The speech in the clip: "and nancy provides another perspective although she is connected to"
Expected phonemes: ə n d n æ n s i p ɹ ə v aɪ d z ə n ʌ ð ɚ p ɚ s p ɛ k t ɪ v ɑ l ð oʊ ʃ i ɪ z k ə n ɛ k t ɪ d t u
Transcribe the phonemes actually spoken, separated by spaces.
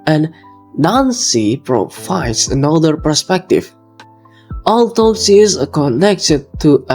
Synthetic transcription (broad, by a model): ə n n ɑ n s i p ɹ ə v aɪ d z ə n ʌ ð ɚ p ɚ s p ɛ k t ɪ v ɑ l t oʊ s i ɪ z k ə n ɛ k t ɪ d t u